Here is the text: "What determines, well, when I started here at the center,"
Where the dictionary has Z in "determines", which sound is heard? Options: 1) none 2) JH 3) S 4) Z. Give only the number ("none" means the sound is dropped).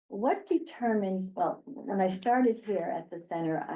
4